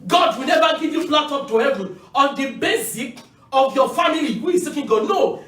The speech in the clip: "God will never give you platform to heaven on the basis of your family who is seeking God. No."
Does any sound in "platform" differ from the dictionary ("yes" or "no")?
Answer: yes